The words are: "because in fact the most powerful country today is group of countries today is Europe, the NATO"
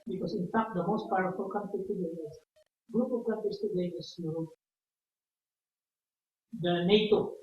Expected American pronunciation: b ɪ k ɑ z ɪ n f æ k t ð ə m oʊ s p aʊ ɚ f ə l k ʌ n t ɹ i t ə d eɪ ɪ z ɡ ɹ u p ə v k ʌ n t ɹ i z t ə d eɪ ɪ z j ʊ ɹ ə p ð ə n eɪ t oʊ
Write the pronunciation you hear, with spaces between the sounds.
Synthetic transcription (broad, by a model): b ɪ k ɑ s ɪ n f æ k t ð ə m oʊ s p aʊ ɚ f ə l k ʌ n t i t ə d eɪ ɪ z ɡ ɹ u p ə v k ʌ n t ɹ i s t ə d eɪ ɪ s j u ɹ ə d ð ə n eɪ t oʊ